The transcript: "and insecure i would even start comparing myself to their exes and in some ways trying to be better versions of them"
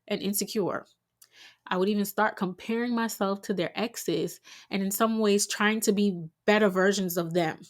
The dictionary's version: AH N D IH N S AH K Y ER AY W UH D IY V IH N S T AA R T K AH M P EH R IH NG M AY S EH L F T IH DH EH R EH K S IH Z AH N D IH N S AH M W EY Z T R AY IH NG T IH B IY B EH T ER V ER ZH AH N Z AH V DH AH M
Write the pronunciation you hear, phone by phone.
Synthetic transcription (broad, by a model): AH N IH N S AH K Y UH AY W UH D IY V IH N S T AA R T K AH M P EH R IH NG M AY S EH L F T IH DH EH R EH K S IH Z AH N IH N S AH M W EY Z T R AY IH NG T IH B IY B EH T ER V ER ZH AH N Z AH V DH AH M